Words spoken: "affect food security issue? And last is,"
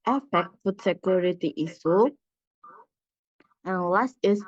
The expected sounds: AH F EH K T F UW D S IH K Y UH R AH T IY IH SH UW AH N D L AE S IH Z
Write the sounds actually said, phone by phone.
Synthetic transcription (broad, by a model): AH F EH K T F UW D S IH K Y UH R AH T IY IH S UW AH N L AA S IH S